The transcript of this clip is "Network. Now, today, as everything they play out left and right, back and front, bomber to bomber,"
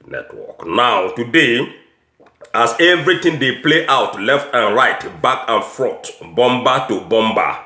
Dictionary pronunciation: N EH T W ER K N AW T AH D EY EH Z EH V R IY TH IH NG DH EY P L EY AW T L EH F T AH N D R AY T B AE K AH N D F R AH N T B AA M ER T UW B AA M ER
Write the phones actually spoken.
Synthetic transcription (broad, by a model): N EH T W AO K N AW T AH D EY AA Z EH V R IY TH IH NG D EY P L EY AW T L EH F T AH N R AY T B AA K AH N F R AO T B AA M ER T UW B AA M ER